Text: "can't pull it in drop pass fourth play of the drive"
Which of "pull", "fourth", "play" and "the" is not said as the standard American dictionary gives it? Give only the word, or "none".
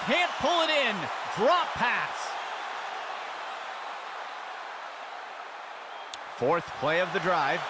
none